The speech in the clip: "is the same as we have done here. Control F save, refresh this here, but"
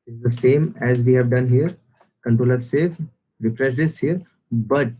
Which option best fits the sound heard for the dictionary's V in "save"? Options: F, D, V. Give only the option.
F